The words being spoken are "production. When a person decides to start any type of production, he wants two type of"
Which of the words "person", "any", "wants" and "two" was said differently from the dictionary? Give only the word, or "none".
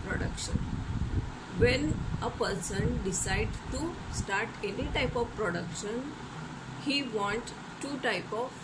wants